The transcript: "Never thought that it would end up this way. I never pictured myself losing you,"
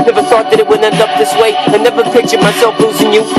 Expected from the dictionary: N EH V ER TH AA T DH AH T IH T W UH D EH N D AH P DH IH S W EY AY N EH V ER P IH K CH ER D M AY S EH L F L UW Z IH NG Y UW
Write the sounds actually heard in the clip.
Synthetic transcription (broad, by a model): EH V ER TH AA T DH AH T IH T W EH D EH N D AH P DH IH S W EY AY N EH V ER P IH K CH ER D M AY S EH L F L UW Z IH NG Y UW